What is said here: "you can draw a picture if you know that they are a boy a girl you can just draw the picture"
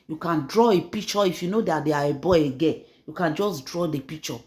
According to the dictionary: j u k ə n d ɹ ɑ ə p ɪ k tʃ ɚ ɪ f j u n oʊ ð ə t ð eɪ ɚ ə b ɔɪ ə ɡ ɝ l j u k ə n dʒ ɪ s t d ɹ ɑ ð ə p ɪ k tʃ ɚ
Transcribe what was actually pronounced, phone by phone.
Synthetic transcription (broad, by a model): j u k ə n d ɹ ɑ ə p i k tʃ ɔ ɪ f j u n oʊ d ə t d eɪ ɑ ə b ɔɪ ə ɡ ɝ n j u k ə n dʒ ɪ s d ɹ ɑ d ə p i k tʃ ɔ